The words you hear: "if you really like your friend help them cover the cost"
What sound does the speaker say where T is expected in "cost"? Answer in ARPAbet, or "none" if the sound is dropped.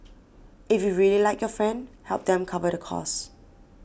none